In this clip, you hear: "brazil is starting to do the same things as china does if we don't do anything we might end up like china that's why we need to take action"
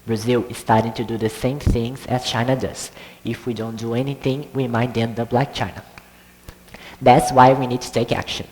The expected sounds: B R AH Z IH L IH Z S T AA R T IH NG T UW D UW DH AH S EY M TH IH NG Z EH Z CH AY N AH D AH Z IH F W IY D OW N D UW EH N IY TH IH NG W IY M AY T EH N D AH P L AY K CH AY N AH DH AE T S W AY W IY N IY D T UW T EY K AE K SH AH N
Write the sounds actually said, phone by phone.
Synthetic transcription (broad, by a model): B R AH Z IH L IH Z S T AA R T IH NG T UW D UW DH AH S EY M TH IH NG Z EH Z CH AY N AH D AH Z IH F W IY D OW N D UW EH N IY TH IH NG W IY M AY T EH N D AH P L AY K CH AY N AH DH AE T S W AY W IY N IY D T UW T EY K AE K SH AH N